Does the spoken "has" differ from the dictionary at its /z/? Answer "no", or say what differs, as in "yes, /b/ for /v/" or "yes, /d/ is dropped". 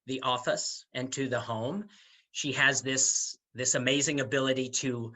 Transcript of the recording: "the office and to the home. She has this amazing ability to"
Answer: yes, /s/ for /z/